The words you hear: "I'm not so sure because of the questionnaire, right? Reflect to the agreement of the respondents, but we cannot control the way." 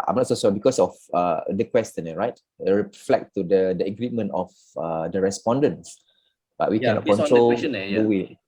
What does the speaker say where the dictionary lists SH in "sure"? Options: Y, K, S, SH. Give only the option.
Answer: S